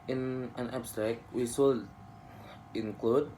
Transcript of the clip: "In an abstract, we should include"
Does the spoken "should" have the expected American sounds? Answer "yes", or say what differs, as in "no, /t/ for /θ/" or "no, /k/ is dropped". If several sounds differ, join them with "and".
no, /s/ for /ʃ/